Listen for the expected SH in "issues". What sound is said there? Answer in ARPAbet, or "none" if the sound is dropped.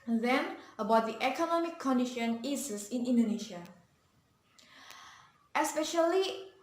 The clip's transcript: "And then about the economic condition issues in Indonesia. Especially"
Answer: S